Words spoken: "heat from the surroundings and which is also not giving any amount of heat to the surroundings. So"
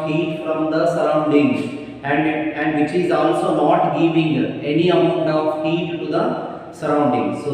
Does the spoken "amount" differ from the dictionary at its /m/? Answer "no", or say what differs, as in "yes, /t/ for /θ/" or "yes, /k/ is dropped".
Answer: yes, /m/ is dropped